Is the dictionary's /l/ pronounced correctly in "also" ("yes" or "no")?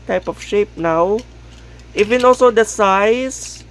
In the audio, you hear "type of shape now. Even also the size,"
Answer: yes